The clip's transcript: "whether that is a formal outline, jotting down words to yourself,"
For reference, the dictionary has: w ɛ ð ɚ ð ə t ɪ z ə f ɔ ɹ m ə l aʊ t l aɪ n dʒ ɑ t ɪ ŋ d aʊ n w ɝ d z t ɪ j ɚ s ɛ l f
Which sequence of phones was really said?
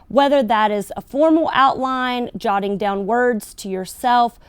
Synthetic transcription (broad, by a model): w ɛ ð ɚ ð ə t ɪ z ə f ɔ ɹ m l aʊ t l aɪ n dʒ ɑ t ɪ ŋ d aʊ n w ɝ d z t ɪ j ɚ s ɛ l f